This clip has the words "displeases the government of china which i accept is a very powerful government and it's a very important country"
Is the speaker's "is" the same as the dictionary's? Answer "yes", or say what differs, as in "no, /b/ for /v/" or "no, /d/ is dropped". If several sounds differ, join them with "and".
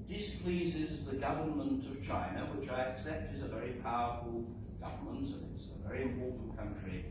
yes